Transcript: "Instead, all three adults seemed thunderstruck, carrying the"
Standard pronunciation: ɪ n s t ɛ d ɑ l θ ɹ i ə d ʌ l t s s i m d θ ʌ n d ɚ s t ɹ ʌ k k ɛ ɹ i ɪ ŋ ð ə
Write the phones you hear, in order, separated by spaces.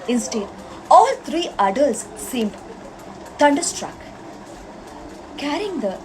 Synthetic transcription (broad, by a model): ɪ n s t ɛ d ɑ l t ɹ i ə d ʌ l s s i m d t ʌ n d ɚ s t ɹ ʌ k k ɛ ɹ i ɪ ŋ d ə